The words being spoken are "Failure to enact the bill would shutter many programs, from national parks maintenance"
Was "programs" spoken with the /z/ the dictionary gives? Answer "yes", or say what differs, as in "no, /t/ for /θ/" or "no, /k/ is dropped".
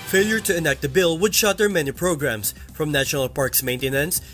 no, /s/ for /z/